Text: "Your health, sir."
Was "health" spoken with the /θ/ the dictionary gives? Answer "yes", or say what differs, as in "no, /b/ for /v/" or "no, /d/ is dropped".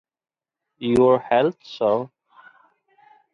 no, /t/ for /θ/